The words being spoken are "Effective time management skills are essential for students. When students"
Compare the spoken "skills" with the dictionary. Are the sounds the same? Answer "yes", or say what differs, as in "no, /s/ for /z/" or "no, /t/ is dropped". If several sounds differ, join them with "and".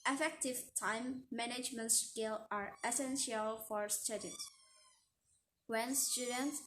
no, /z/ is dropped